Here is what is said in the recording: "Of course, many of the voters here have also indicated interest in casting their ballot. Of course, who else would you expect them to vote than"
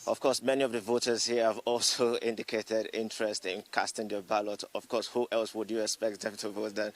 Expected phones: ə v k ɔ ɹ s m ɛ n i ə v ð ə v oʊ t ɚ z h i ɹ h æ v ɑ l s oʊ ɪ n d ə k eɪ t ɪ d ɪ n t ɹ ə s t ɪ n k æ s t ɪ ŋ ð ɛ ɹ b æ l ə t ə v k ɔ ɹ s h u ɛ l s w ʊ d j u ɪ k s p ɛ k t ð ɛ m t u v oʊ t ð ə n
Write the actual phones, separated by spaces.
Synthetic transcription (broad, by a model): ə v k ɔ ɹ s m ɛ n i ə v ð ə v oʊ t ɚ z h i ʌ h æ v ɑ l s oʊ ɪ n d ə k eɪ t ɪ d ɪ n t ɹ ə s t ɪ n k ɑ s t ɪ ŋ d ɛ b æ l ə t ə v k ɔ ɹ s h u ɛ l s w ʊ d j u ɪ k s p ɛ k t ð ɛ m t u v oʊ t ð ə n